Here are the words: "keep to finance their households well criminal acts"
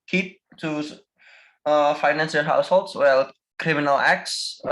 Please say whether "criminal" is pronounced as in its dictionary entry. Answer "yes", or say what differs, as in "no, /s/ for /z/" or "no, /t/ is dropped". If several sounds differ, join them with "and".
yes